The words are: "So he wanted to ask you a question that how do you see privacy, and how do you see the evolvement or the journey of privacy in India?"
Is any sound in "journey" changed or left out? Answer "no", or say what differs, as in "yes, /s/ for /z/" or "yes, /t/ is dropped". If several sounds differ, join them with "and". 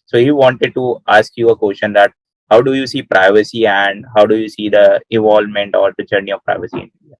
yes, /tʃ/ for /dʒ/